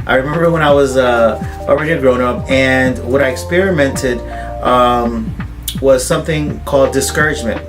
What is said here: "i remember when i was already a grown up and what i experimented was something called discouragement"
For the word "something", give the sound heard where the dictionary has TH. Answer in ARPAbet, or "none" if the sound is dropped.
TH